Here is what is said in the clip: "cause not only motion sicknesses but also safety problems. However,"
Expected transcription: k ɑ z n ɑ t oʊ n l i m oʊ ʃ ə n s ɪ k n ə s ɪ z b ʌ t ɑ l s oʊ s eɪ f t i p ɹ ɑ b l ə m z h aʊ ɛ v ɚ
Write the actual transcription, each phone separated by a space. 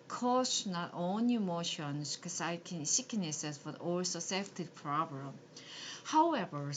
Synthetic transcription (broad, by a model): k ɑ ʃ n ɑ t oʊ n l i m oʊ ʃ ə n s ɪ k n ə s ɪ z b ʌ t ɑ l s oʊ s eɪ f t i p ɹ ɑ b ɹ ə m h aʊ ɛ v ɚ